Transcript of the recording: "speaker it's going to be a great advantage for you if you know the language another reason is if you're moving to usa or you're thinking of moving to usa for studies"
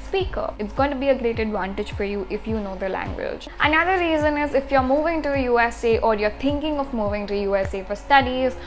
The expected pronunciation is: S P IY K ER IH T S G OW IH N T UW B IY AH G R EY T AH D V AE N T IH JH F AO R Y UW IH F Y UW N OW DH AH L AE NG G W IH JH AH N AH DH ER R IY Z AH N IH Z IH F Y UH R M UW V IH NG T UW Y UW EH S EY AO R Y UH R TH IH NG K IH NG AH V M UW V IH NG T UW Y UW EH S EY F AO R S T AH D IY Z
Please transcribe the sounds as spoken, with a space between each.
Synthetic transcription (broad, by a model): S P IY K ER IH T S G OW IH N T UW B IY AH G R EY T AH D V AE N T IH JH F AO R Y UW IH F Y UW N OW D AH L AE NG G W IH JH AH N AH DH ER R IY Z AH N IH Z IH F Y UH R M UW V IH NG T UW Y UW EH S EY AO R Y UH R T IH NG K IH NG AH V M UW V IH NG T UW Y UW EH S EY F AO R S T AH D IY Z